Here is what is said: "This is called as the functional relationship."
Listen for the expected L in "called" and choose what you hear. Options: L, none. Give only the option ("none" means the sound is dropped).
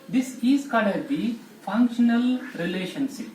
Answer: none